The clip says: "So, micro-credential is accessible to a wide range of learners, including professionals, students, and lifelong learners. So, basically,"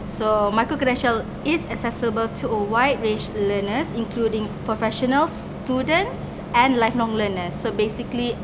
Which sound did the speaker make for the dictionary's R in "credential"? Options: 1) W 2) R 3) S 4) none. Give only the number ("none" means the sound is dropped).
4